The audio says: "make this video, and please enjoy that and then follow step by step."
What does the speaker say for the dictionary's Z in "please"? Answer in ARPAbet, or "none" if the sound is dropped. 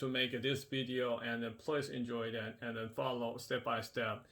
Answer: S